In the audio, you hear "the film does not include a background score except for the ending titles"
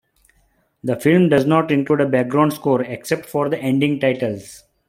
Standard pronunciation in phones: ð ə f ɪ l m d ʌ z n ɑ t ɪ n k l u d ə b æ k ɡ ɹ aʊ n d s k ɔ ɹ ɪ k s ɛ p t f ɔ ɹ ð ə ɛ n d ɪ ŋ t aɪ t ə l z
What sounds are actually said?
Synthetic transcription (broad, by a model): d ə f ɪ l m d ʌ z n ɑ t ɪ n k l u d ə b æ k ɡ ɹ aʊ n d s k ɔ ɹ ɪ k s ɛ p t f ɔ ɹ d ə ɛ n d ɪ ŋ t aɪ t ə l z